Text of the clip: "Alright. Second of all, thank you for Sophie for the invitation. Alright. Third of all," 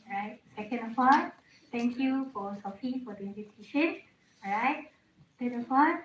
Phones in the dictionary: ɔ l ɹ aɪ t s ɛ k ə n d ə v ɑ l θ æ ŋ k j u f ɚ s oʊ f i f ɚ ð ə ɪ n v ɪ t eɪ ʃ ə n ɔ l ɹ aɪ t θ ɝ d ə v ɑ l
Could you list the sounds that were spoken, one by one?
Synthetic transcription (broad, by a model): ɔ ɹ aɪ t s ɛ k ə n d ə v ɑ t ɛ ŋ k j u f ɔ s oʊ f i f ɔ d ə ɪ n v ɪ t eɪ ʃ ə n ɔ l ɹ aɪ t s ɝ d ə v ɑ